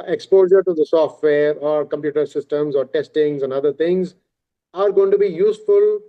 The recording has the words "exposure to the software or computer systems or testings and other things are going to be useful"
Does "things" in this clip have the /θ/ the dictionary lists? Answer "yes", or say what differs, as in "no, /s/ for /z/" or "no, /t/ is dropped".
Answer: no, /t/ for /θ/